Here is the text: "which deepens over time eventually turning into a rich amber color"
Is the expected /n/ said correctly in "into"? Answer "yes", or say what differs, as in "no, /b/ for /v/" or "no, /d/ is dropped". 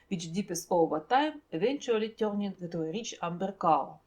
no, /n/ is dropped